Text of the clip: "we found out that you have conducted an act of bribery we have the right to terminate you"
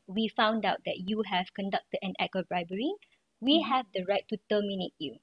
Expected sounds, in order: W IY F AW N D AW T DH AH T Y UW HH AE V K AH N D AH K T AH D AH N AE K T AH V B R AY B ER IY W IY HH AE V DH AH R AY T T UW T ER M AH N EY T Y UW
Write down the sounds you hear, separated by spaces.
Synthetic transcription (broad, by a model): W IY F AW N D AW T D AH T Y UW HH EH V K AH N D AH K T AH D AH N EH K AH B R AY B ER IY W IY HH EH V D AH R AY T T UW T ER M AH N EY T Y UW